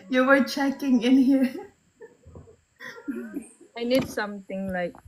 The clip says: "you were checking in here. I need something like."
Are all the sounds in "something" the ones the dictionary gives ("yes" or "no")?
no